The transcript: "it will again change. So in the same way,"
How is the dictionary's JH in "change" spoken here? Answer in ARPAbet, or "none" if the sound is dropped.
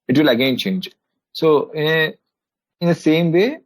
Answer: JH